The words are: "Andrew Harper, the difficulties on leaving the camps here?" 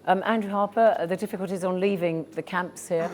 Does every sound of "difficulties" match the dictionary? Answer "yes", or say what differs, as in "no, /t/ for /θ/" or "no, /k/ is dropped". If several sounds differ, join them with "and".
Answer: yes